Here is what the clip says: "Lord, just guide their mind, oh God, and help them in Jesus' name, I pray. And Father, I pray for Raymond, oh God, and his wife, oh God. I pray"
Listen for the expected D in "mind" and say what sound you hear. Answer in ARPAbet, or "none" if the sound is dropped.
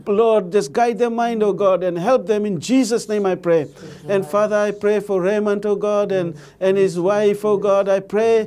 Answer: D